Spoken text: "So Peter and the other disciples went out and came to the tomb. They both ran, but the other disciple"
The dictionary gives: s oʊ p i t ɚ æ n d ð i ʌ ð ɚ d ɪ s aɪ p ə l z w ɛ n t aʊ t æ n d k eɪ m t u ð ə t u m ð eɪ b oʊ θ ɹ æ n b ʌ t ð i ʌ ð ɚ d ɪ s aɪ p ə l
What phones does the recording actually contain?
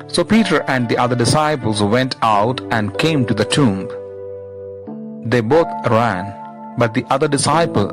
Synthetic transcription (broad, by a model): s oʊ p i t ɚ æ n d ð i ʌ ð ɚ d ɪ s aɪ p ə l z w ɛ n t aʊ t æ n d k eɪ m t u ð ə t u m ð eɪ b oʊ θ ɹ æ n b ʌ t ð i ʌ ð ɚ d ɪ s aɪ p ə l